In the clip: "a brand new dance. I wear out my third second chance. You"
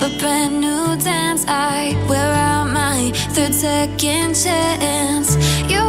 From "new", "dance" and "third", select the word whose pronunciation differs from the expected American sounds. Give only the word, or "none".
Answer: none